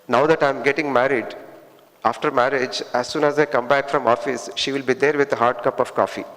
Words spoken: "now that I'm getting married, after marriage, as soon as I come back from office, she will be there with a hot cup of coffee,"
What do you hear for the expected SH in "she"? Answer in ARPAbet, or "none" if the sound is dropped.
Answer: SH